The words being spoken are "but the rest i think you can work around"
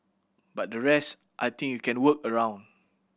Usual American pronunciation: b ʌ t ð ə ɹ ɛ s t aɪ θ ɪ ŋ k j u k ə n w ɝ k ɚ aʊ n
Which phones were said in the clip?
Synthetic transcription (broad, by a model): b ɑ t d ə ɹ ɛ s t aɪ t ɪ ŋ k j u k ə n w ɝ k ɚ aʊ n